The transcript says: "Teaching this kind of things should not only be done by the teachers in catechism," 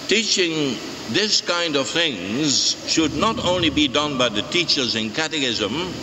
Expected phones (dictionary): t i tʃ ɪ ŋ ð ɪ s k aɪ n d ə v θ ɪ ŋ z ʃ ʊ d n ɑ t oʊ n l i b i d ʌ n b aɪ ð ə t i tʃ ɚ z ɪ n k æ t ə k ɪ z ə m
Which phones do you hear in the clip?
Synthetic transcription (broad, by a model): t i tʃ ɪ ŋ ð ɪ s k aɪ n d ə v θ ɪ ŋ z ʃ ʊ d n ɑ t oʊ n l i b i d ʌ n b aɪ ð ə t i tʃ ɚ z ɪ n k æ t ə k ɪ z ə m